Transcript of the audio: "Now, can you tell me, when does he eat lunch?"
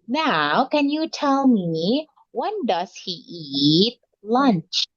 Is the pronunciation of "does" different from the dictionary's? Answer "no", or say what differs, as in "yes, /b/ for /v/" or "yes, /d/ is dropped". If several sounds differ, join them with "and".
yes, /s/ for /z/